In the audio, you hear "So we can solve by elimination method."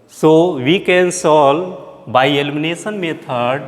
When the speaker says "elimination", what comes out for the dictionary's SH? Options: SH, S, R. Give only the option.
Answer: S